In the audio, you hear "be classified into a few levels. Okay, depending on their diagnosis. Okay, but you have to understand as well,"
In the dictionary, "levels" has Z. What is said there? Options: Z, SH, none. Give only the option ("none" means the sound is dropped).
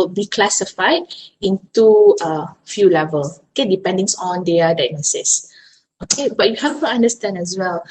none